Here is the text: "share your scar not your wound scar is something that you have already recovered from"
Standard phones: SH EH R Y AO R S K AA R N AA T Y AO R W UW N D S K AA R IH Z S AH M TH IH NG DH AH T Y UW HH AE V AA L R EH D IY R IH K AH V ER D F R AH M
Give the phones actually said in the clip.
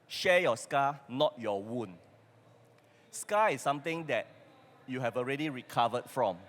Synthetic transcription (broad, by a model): SH EH Y AO S K AA N AA T Y AO W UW N S K AA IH S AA M T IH NG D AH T Y UW HH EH V AA L R EH D IY R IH K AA V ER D F R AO M